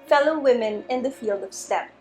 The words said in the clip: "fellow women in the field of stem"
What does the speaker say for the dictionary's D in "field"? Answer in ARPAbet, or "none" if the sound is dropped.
D